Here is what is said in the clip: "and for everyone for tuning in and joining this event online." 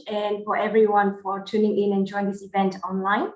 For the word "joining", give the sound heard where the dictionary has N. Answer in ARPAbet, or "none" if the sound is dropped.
none